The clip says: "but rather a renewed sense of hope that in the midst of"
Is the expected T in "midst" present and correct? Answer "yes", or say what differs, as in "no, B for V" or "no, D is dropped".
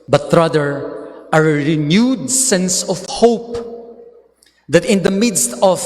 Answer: yes